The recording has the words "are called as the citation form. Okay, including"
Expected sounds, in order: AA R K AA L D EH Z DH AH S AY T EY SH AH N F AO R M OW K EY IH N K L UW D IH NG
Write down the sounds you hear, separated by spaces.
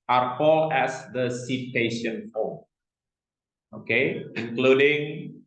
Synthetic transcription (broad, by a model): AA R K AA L EH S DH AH S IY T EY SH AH N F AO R OW K EY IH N K L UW D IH NG